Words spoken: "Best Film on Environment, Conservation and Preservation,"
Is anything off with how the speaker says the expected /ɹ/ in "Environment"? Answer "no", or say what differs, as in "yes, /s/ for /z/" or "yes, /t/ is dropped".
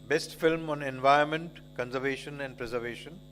yes, /ɹ/ is dropped